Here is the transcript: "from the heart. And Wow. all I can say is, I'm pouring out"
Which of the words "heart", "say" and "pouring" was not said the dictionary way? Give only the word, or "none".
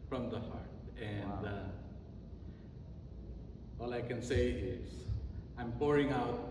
none